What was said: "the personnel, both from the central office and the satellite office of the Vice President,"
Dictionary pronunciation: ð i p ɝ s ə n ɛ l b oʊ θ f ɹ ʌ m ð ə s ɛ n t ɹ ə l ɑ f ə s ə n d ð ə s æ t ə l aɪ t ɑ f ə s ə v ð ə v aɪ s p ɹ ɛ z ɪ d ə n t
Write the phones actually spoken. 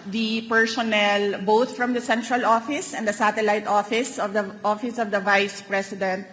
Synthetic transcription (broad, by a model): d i p ɝ s ə n ɛ l b oʊ t f ɹ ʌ m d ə s ɛ n t ɹ ə l ɑ f ə s ə n d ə s æ t ə l aɪ t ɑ f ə s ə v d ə v aɪ s p ɹ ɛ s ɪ d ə n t